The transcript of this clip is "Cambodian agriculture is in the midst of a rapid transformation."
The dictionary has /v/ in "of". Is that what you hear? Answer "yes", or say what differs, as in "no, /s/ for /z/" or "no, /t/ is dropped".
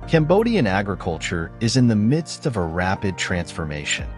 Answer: yes